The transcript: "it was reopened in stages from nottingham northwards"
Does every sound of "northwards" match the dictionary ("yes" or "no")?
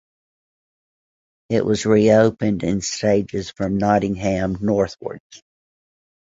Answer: yes